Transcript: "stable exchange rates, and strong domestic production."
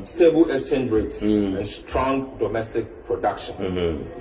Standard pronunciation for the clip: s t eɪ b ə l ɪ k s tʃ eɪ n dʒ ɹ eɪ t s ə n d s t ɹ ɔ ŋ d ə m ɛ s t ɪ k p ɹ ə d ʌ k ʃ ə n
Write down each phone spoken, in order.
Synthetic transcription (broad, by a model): s t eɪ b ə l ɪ s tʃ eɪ n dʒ ɹ eɪ t s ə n s t ɹ ɔ ŋ d ə m ɛ s t ɪ k p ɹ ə d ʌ k ʃ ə n